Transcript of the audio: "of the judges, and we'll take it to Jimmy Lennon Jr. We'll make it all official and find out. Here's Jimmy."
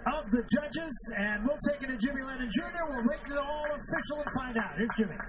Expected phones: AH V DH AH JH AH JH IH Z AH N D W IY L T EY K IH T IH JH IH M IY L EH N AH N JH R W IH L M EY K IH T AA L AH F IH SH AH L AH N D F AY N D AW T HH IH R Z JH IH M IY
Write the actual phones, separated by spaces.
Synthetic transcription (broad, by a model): AH V DH AH JH AH JH IH Z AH N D W IY L T EY K IH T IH JH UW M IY L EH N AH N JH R W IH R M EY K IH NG AA L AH F IH SH L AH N F AY N D AW T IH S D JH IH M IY